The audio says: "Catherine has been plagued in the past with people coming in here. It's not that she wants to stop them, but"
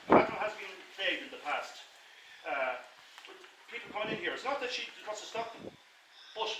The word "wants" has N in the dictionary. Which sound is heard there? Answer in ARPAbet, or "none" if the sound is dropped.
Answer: none